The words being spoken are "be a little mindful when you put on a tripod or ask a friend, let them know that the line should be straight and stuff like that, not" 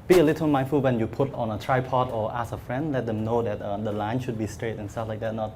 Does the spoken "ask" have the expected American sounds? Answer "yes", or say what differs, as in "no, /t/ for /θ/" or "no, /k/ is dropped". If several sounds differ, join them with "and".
no, /k/ is dropped